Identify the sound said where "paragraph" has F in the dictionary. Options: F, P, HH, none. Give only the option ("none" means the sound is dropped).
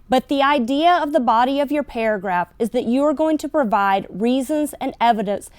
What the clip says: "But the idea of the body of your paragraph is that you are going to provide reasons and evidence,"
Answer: F